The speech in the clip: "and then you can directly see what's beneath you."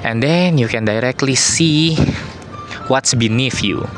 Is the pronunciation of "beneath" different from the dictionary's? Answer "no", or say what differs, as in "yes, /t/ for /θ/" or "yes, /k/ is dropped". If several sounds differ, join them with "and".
yes, /f/ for /θ/